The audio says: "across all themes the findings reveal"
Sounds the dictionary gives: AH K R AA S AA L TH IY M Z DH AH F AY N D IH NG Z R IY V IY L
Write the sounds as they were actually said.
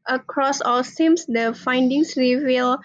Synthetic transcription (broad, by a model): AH K R AA S AA L S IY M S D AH F AY N D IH NG S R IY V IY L